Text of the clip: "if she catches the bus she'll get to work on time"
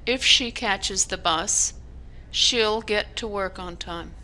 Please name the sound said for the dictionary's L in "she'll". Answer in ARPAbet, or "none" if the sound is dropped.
L